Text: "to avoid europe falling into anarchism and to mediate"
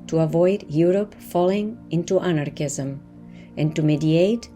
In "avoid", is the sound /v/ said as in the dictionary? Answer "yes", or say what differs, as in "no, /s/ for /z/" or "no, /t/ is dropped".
yes